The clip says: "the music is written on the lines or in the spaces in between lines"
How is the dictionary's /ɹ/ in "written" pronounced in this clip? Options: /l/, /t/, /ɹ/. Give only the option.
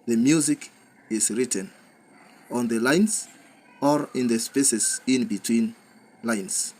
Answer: /ɹ/